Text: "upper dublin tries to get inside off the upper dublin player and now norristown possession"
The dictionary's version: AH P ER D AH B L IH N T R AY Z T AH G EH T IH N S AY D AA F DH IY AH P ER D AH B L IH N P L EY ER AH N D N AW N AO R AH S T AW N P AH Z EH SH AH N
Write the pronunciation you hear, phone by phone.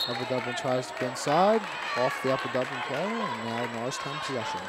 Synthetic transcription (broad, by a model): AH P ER D AH B L IH N T R AY Z T AH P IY IH N S AY D AA F DH IY AH P ER D AH B L IH N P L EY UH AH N N AW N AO AH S T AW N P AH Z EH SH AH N